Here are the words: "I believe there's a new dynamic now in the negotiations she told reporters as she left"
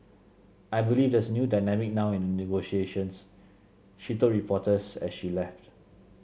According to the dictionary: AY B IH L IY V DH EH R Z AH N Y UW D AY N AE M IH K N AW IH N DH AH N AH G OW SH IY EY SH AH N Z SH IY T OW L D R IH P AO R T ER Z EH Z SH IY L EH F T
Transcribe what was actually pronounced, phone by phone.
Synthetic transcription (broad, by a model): AY B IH L IY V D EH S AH N Y UW D AY N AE M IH K N AW IH N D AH N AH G OW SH IY EY SH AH N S SH IY T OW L R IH P AO T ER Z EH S SH IY L EH F T